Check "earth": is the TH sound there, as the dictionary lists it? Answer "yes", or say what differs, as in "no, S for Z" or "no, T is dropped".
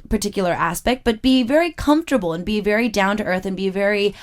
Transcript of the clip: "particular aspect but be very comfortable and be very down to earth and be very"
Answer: yes